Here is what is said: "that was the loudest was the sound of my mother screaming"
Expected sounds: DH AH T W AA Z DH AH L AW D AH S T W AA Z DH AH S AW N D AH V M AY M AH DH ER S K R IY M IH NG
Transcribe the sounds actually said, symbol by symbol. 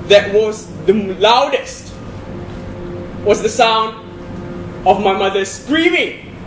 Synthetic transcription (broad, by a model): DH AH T W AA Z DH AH L AW D AH S T W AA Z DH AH S AW N D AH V M AY M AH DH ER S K R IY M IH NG